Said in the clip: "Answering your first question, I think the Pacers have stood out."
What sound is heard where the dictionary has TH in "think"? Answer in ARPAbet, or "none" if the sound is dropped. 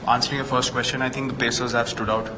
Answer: T